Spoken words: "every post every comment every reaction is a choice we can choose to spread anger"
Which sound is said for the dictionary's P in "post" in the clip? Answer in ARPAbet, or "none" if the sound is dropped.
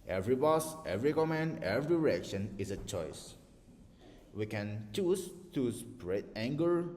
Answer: B